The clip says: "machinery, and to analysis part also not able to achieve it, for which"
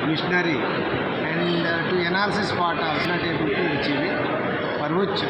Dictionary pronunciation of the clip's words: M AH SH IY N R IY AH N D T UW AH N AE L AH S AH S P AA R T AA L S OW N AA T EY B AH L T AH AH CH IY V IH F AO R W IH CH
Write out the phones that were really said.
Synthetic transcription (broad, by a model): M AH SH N R IY AH N D T UW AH N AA L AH S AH S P AA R T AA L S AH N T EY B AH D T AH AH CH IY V IH P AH R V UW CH